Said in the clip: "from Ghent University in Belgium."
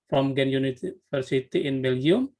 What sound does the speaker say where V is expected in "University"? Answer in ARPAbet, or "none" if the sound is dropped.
F